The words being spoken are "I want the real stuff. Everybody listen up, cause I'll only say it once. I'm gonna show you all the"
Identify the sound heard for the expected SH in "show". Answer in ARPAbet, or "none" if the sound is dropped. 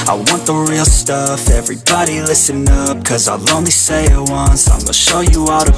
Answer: SH